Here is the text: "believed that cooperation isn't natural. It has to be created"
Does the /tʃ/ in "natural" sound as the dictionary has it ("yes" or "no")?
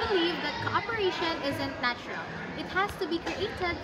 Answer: yes